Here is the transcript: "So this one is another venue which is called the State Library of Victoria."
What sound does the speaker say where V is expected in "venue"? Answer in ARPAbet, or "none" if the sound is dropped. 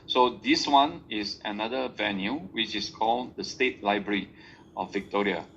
V